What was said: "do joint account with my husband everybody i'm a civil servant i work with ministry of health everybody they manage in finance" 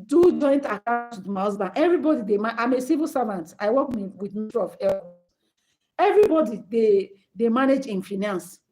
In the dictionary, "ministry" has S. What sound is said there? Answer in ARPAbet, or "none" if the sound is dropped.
none